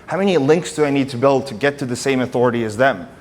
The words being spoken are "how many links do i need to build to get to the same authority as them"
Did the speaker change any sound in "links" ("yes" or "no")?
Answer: no